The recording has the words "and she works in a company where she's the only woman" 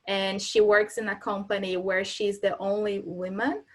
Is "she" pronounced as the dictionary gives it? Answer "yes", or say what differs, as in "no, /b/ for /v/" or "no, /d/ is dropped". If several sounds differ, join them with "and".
yes